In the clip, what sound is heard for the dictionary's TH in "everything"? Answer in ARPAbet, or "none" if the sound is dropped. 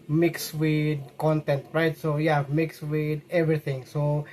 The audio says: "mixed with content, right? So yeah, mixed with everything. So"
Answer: T